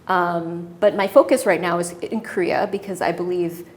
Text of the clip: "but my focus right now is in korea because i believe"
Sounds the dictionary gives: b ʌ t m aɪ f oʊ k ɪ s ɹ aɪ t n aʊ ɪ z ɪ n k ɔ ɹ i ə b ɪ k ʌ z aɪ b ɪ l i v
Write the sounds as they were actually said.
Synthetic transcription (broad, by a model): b ʌ t m aɪ f oʊ k ɪ s ɹ aɪ t n aʊ ɪ z ɪ n k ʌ ɹ i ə b ɪ k ʌ z aɪ b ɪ l i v